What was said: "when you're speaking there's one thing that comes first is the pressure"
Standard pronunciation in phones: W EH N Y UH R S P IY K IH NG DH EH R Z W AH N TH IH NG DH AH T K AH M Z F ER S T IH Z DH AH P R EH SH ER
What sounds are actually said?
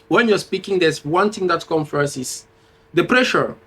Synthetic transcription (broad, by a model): W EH N Y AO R S P IY K IH NG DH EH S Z W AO N T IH NG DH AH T K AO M F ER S IH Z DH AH P R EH SH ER